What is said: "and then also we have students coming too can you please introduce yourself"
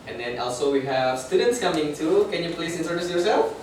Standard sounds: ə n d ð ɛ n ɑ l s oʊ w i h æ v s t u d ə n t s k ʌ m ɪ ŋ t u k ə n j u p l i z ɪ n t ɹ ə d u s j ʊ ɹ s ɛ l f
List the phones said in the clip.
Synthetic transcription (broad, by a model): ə n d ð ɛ n ɑ l s oʊ w i h æ v s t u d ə n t s k ʌ m ɪ ŋ t u k ə n j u p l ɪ s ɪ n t ə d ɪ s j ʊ ɹ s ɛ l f